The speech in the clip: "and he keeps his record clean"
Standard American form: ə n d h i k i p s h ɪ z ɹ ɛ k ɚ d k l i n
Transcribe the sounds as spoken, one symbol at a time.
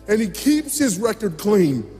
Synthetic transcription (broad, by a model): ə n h i k i p s h ɪ z ɹ ɛ k ɚ d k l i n